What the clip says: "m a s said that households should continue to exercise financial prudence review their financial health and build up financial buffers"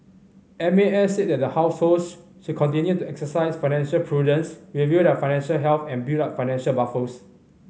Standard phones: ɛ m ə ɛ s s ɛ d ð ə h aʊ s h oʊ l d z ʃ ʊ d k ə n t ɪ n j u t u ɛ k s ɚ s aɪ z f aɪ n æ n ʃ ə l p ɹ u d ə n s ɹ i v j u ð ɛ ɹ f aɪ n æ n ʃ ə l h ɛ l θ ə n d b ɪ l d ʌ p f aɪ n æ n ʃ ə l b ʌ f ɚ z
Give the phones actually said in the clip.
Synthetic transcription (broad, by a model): ɛ m ə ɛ s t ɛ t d ə h aʊ s h oʊ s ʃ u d k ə n t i n j u t u ɛ k s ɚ s aɪ s f aɪ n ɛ n ʃ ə l p ɹ u d ə n s w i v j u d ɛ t f aɪ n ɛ n ʃ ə l h ɛ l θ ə n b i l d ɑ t f aɪ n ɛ n ʃ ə l b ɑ f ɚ s